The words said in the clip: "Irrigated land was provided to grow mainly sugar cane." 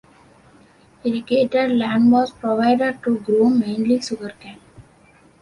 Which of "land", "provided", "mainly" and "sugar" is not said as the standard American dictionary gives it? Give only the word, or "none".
sugar